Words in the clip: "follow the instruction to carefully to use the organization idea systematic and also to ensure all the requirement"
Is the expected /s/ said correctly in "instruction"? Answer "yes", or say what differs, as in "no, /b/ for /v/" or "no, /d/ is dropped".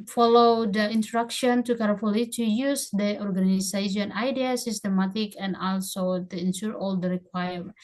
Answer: no, /s/ is dropped